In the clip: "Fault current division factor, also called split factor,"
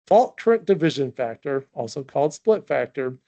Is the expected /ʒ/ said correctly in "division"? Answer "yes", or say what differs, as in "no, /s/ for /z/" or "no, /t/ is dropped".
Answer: yes